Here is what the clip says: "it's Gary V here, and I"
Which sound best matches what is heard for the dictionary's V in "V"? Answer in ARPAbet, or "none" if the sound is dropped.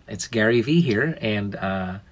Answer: V